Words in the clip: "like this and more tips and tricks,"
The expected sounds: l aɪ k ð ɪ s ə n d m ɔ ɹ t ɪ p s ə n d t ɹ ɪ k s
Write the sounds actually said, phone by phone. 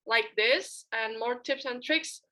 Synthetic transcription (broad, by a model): l aɪ k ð ɪ s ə n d m ɔ ɹ t ɪ p s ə n t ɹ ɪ k s